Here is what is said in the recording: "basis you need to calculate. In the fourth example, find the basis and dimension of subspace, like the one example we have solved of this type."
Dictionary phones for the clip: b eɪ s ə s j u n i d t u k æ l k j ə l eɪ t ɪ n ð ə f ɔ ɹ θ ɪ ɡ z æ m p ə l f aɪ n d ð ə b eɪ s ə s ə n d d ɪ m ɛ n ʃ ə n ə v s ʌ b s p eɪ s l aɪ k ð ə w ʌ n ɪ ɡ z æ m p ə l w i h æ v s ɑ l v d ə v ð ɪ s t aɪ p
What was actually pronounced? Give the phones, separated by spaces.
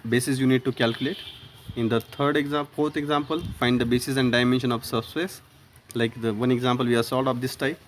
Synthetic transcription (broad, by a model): b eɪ s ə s j u n i d t u k æ l k j ə l eɪ t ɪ n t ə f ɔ ɹ t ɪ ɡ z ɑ m p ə l f aɪ n d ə b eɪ s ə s ə n d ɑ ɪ m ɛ n ʃ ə n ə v s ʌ s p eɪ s l aɪ k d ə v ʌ n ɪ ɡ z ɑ m p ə l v i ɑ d s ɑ l d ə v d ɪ s t aɪ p